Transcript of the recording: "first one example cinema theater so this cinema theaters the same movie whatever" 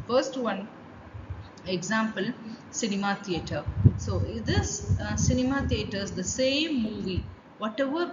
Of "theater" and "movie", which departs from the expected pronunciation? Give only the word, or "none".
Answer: theater